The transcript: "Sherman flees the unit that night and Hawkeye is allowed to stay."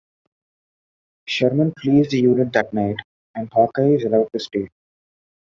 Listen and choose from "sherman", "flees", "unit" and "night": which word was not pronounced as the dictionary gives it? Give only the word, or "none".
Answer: flees